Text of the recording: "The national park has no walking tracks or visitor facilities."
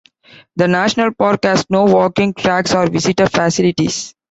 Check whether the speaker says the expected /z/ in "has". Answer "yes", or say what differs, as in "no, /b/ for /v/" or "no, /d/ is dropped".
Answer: no, /s/ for /z/